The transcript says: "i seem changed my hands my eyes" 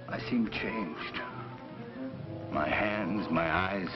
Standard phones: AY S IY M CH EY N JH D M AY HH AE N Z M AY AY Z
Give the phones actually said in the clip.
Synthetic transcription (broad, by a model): AY S IY M CH EY N JH D M AY HH AE N Z M AY AY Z